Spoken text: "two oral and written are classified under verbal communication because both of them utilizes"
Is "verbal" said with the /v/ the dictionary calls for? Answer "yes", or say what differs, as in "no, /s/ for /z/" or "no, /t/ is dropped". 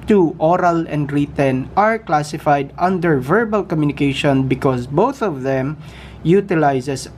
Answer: yes